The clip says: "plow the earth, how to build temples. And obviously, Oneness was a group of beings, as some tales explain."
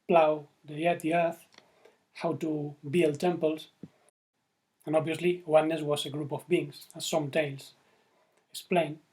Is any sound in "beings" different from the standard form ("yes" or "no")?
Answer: yes